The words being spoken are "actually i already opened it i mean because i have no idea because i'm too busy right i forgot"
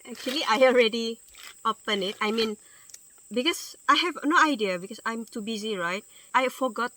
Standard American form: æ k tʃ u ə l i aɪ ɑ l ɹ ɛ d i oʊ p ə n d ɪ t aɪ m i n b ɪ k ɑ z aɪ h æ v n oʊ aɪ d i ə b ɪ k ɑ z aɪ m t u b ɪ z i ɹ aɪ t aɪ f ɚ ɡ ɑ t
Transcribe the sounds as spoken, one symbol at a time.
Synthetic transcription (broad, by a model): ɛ k tʃ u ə l i aɪ ɑ l ɹ ɛ d i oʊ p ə n ɪ t aɪ m i n b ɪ k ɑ s aɪ h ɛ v n oʊ aɪ d i ə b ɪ k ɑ s aɪ m t u b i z i ɹ aɪ t aɪ f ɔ ɡ ɑ t